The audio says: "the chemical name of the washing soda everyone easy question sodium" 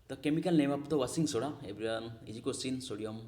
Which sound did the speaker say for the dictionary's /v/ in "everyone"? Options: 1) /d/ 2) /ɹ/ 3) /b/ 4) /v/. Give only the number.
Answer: 3